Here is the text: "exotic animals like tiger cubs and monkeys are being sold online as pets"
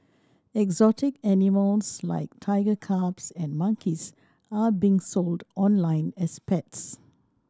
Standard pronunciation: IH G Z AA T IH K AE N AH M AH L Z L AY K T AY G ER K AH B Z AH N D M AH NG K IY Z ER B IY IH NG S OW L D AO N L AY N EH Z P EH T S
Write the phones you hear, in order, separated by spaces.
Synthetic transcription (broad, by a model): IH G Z AA T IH K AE N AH M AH L S L AY K T AY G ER K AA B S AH N M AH NG K IY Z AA B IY NG S OW L D AO N L AY N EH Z P EH T S